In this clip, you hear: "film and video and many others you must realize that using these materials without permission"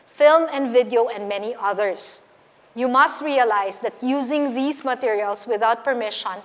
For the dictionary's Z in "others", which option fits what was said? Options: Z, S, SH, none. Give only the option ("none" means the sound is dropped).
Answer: S